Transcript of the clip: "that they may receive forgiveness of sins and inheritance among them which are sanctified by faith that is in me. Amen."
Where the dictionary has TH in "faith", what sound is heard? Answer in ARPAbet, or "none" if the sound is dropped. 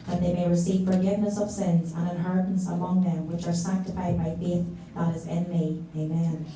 TH